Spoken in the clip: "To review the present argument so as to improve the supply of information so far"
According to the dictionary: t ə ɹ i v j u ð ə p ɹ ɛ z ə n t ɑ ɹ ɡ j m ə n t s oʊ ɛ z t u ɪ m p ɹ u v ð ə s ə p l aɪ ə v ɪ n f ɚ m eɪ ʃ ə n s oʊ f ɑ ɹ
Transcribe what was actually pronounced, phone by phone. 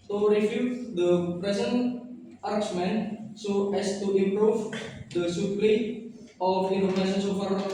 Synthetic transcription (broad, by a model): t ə ɹ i f j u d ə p ɹ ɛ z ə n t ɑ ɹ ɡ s m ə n s oʊ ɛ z t u ɪ m p ɹ u v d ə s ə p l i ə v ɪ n ɚ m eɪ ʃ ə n s oʊ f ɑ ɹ